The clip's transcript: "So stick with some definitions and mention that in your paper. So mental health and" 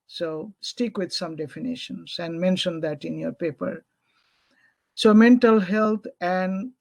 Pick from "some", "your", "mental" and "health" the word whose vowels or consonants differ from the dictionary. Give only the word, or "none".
health